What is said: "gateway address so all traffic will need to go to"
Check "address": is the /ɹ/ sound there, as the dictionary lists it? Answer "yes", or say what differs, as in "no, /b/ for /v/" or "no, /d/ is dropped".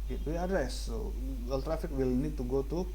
no, /ɹ/ is dropped